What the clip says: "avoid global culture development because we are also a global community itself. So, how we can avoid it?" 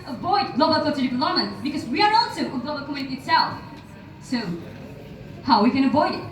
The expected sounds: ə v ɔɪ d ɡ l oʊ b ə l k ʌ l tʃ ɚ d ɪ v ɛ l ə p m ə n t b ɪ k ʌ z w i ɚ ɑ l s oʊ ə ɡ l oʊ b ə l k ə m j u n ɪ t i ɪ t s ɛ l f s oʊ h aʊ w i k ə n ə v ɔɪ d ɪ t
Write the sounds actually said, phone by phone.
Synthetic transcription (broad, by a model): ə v ɔɪ d ɡ l oʊ b ə l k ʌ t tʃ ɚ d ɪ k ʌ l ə m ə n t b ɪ k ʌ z w i ɚ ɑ l s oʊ ə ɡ l oʊ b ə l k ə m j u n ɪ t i ɪ t s ɛ l f s oʊ h aʊ w i k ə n ə v ɔɪ d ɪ t